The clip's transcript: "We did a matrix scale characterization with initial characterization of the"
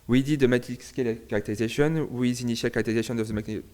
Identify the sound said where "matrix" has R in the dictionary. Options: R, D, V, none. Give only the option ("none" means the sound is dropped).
none